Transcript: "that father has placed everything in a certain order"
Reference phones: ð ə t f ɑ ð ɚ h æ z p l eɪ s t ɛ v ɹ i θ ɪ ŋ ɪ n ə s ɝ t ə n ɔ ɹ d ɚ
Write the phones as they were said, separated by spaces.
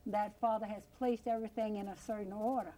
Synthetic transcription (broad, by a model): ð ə t f ɑ ð ɚ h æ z p l eɪ s t ɛ v ɹ i θ ɪ ŋ ɪ n ə s ɝ t n ɔ ɹ d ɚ